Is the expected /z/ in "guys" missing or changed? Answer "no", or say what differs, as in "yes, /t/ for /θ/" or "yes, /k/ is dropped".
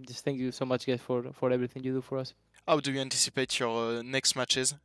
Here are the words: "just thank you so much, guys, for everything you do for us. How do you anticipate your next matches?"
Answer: yes, /s/ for /z/